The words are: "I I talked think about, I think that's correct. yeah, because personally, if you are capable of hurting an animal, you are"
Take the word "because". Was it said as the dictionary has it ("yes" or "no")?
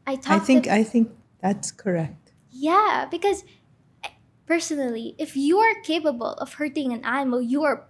yes